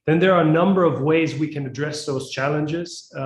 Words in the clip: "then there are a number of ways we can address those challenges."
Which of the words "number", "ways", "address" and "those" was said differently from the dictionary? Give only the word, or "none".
none